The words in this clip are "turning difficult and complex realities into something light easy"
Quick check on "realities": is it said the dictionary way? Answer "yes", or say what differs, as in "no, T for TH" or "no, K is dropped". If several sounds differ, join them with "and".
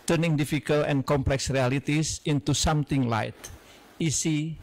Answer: no, S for Z